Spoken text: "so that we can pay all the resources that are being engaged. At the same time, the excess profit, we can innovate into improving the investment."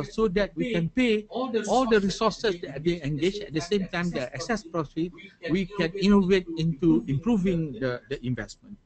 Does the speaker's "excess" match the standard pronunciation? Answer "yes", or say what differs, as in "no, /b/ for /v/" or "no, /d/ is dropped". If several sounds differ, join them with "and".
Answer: yes